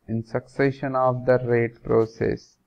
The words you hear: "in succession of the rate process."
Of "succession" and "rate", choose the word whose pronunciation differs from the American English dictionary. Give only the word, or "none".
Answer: none